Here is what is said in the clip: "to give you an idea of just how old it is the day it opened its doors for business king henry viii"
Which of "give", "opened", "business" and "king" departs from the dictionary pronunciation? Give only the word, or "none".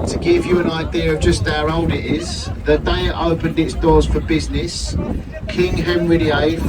none